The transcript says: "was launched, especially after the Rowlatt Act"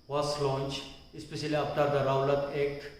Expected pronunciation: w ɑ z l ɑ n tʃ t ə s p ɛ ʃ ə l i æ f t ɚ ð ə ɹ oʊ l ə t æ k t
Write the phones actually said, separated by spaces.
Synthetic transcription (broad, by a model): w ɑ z l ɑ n tʃ ə s p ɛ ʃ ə l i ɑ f t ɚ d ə ɹ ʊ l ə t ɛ k t